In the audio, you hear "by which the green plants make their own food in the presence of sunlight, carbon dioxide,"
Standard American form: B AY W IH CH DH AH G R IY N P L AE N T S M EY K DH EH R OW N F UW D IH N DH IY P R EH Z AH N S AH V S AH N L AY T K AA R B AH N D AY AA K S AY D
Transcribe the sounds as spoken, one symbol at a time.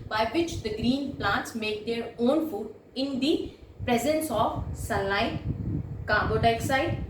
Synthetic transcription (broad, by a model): B AY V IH CH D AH G R IY N P L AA N T S M EY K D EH R OW N F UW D IH N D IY P R EH Z AH N S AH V S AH L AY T K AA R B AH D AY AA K S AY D